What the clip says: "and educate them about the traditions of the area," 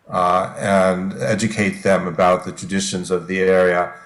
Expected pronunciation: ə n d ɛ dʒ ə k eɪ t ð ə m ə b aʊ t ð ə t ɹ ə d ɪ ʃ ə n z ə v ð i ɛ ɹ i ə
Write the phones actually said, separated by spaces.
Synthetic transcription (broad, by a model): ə n ɛ dʒ ə k eɪ t ð ə m ə b aʊ t ð ə t ɹ ə d ɪ ʃ ə n z ə v ð i ɛ ɹ i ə